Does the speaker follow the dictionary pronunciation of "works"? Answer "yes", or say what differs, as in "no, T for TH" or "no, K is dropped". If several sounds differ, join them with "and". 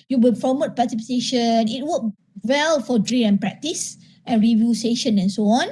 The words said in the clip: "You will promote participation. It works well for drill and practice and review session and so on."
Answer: no, S is dropped